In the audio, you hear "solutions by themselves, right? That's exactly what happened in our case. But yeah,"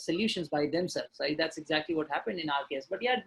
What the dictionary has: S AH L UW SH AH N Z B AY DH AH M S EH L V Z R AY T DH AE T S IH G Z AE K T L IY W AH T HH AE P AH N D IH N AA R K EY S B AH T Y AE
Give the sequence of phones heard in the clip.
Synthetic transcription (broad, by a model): S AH L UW SH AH N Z B AY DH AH M S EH L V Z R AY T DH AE T S IH G Z AE K T L IY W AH T HH AE P AH N D IH N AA L K EY S B AH T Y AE